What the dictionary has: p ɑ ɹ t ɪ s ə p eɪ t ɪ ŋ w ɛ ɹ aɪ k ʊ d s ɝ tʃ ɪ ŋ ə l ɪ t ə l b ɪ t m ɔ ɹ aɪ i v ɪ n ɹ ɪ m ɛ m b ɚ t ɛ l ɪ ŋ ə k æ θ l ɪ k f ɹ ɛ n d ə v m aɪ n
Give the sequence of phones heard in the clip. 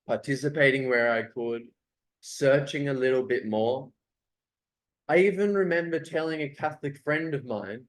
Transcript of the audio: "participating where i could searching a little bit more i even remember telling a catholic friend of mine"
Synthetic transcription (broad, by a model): p ɑ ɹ t ɪ s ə p eɪ t ɪ ŋ w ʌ ɹ aɪ k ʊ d s ɝ tʃ ɪ ŋ ə l ɪ t l b ɪ t m ɔ ɹ aɪ i v ɪ n ɹ ɪ m ɛ m b ɚ t ɛ l ɪ ŋ ə k æ θ l ɪ k f ɹ ɛ n d ə v m aɪ n